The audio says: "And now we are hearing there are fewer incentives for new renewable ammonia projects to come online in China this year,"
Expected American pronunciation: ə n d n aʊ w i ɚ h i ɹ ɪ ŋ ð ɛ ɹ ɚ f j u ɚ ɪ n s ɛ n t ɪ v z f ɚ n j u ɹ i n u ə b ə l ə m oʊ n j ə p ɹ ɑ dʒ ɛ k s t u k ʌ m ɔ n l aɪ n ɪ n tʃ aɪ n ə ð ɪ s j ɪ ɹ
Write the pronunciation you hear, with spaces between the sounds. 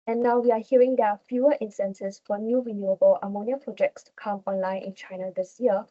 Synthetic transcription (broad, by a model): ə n n aʊ w i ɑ h i ɹ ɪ ŋ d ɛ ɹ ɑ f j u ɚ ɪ n s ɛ n s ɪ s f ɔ n j u ɹ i n u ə b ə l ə m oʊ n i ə p ɹ ɑ dʒ ɛ k s t u k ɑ m ɔ n l aɪ n ɪ n tʃ aɪ n ə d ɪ s j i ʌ